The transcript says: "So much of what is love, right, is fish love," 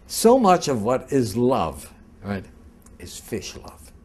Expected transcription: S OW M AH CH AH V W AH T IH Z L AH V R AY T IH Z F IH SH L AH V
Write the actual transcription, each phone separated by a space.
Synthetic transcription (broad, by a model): S OW M AH CH AH V W AH T IH Z L AH V R AY T IH Z F IH SH L AH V